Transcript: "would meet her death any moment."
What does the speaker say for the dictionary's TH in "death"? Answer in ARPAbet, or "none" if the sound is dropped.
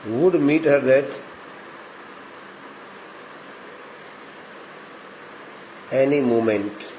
T